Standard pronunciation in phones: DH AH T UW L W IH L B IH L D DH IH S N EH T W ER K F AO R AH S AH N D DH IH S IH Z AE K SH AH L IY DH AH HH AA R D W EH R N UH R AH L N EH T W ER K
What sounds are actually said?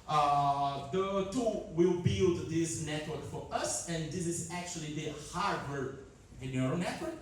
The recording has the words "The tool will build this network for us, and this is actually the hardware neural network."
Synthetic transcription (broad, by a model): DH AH T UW W IH L B IH L D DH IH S N EH T W ER K F AO R AH S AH N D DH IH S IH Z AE K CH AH L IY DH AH HH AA R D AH R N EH R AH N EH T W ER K